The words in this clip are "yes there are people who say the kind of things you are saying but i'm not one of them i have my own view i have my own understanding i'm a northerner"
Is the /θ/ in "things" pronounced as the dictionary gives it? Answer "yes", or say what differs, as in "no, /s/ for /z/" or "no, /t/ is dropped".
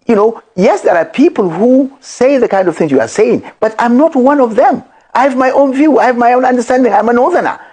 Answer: yes